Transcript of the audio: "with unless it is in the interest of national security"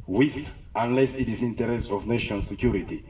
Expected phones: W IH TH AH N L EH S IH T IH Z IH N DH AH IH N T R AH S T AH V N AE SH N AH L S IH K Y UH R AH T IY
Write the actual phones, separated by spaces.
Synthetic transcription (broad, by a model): W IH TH AH N L EH S IH T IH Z IH N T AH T R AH S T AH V N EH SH AH N S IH K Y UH R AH T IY